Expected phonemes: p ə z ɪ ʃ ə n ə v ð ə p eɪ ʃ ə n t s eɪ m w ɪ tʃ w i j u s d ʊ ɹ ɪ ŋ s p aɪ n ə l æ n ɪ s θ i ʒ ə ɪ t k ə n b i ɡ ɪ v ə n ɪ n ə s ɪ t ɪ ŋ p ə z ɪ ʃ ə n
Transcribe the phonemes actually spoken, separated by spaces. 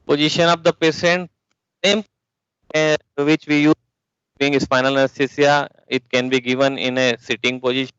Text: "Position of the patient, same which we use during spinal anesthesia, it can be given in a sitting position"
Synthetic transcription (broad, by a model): p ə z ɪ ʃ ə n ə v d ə p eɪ s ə n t s eɪ m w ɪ tʃ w i j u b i ɪ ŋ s f aɪ n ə l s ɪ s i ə ɪ t k ə n b i ɡ ɪ v ə n ɪ n ə s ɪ t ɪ ŋ p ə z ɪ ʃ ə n